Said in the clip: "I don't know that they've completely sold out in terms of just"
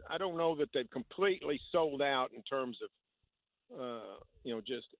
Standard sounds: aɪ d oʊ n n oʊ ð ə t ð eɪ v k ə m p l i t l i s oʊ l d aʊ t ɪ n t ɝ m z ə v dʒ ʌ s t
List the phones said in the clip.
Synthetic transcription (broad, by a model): aɪ d oʊ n n oʊ ð ə t ð eɪ v k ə m p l i t l i s oʊ l d aʊ t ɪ n t ɝ m z ə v dʒ ʌ s t